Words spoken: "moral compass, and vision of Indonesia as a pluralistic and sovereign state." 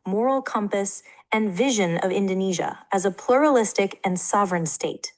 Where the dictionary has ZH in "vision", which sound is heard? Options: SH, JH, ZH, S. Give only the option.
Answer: ZH